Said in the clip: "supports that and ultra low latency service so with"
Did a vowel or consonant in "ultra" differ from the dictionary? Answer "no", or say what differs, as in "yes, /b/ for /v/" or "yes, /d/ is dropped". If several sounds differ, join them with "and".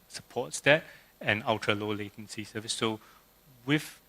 yes, /l/ is dropped and /ɹ/ is dropped